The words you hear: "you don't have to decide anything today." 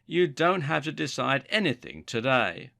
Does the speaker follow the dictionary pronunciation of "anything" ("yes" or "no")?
yes